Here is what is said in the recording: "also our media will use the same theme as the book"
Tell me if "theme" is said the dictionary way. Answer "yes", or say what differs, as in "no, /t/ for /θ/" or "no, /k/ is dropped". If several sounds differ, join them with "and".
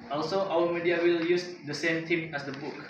no, /t/ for /θ/